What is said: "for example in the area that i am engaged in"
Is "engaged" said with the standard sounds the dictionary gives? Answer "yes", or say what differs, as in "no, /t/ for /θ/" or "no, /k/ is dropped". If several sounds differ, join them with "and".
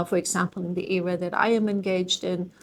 yes